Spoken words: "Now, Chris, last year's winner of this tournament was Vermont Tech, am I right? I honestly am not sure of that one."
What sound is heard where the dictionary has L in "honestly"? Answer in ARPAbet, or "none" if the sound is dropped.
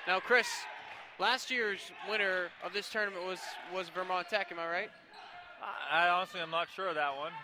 L